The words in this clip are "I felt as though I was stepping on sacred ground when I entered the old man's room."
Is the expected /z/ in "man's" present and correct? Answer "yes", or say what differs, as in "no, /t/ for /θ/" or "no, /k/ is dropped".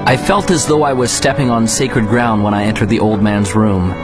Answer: yes